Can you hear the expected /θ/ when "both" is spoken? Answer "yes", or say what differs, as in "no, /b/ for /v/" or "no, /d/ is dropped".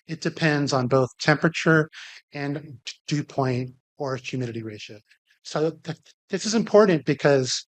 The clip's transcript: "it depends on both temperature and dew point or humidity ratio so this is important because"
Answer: yes